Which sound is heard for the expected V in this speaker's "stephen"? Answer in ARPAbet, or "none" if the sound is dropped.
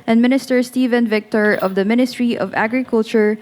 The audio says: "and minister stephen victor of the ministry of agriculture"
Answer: V